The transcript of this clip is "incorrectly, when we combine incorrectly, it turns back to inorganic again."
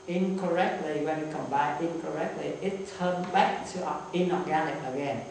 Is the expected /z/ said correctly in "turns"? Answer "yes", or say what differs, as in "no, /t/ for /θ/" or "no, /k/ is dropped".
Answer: no, /z/ is dropped